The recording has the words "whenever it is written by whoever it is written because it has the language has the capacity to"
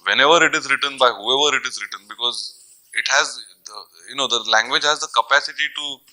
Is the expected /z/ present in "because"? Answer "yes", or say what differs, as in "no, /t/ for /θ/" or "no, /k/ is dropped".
yes